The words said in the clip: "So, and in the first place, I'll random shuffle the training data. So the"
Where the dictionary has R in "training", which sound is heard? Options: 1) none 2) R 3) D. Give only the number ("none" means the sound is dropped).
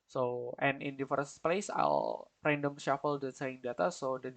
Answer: 1